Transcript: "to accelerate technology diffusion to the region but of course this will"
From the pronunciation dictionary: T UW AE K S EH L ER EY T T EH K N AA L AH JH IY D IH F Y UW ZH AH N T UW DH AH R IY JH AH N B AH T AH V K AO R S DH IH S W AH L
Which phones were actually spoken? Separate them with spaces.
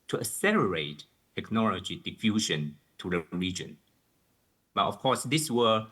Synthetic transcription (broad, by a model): T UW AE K S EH L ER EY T T EH K N AA L AH JH IY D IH F Y UW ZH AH N T UW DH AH R IY JH AH N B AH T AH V K AO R S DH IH S W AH